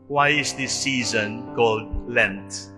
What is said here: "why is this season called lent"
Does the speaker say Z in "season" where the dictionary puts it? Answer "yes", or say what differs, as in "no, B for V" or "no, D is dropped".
yes